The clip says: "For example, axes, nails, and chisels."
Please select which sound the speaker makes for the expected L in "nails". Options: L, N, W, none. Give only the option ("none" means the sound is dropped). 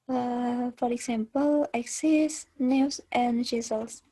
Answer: W